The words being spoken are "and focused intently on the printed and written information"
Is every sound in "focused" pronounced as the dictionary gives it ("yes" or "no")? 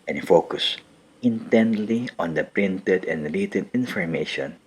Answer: no